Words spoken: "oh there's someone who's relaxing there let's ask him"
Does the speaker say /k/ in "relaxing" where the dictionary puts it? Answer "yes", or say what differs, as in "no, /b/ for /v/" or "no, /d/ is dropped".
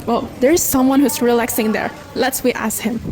yes